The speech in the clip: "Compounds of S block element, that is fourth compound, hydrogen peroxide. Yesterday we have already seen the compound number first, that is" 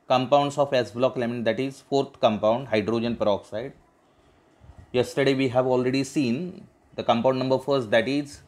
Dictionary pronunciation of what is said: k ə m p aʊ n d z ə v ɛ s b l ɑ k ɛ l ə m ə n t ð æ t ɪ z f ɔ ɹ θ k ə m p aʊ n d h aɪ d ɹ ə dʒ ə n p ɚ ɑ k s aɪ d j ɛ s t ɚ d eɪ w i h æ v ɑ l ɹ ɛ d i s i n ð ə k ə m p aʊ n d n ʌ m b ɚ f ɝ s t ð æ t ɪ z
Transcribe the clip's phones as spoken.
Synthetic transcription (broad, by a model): k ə m p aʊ n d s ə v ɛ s b l ɑ k l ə m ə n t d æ t ɪ z f ɔ ɹ t k ə m p aʊ n d h aɪ d ɹ ə dʒ ə n p ɚ ɑ k s aɪ d j ɛ s t ɚ d eɪ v i h æ v ɑ l ɹ ɛ d i s i n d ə k ə m p aʊ n d n ʌ m b ɚ f ɝ s t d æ t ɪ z